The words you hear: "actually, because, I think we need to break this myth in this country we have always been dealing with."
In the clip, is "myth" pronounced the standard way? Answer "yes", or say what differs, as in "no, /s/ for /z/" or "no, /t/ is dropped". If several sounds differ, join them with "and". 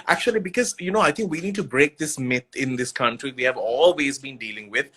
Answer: no, /t/ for /θ/